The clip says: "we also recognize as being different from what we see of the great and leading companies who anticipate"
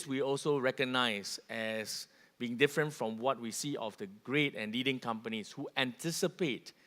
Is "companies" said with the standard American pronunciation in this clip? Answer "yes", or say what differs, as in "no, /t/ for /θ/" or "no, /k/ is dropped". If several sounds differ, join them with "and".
no, /s/ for /z/